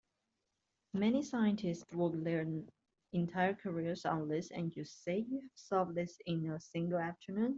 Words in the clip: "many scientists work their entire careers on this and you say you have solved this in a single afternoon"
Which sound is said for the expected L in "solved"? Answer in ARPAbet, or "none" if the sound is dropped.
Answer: none